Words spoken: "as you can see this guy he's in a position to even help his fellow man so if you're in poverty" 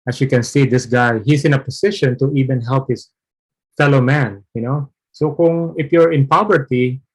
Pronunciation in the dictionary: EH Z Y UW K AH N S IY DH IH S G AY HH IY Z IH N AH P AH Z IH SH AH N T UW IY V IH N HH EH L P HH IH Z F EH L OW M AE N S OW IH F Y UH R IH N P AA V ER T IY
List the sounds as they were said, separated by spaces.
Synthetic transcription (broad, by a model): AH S Y UW K AH N S IY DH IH S G AY HH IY S IH N AH P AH S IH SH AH N T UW IY V IH N HH EH L P HH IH S F EH L OW M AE N S OW IH F Y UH R IH N P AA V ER T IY